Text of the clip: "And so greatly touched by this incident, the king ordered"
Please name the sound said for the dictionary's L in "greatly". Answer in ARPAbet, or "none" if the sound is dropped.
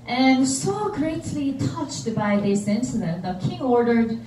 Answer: L